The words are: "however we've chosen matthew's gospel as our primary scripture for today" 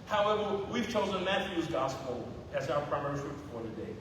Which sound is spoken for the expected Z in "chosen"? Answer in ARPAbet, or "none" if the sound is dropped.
Z